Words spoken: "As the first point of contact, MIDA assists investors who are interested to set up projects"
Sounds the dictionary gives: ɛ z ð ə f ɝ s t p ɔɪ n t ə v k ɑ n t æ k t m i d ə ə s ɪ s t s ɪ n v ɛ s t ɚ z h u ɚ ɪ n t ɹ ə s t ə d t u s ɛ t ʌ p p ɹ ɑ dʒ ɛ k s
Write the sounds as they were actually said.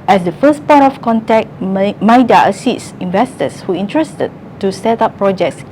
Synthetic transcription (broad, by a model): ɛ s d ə f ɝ s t p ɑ t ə f k ɑ n t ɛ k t m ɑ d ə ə s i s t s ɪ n v ɛ s t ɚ s h u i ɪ n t ɹ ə s t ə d t u s ɛ t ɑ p p ɹ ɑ dʒ ɛ k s